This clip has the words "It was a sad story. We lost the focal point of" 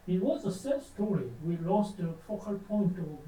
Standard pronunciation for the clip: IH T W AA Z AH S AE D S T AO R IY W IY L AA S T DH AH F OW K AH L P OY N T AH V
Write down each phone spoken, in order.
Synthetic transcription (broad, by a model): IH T W AA Z AH S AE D S T AO R IY W IY L AA S T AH F OW K AH L P OY N T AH